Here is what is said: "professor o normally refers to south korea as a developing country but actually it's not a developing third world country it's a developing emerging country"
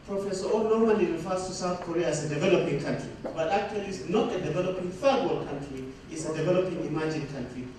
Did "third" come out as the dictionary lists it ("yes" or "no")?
no